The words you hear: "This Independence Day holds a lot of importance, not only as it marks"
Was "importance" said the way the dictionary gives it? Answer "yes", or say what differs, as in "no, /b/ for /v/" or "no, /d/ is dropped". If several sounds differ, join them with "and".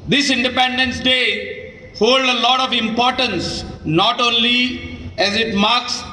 yes